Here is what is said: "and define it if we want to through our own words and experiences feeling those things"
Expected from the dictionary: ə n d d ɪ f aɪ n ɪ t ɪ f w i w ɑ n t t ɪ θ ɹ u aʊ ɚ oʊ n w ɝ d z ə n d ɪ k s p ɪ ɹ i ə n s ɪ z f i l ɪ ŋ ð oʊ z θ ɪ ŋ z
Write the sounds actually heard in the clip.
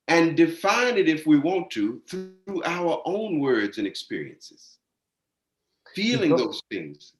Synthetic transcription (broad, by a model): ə n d d ɪ f aɪ n ɪ t ɪ f w i w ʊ n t t ɪ θ ɹ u aʊ ɚ oʊ n w ɝ d z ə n ɪ k s p ɪ ɹ i ə n s ɪ z f i l ɪ ŋ ð oʊ z θ ɪ ŋ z